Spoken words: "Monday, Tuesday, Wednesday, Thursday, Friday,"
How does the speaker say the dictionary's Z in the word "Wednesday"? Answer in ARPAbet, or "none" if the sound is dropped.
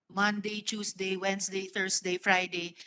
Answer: S